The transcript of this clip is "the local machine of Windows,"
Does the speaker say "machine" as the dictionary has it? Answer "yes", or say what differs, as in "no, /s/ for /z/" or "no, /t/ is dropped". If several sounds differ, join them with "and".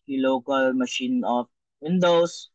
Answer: yes